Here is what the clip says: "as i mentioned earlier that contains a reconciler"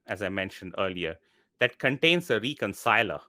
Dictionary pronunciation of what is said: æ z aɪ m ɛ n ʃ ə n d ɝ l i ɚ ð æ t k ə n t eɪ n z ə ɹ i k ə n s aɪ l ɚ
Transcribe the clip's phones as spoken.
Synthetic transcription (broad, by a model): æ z aɪ m ɛ n ʃ ə n d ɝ l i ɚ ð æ t k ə n t eɪ n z ə ɹ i k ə n s aɪ l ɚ